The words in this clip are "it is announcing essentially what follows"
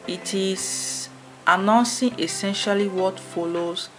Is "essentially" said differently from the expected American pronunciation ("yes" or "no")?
no